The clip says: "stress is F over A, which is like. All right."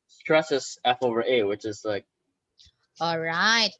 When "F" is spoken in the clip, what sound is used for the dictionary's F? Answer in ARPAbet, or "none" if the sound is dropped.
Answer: F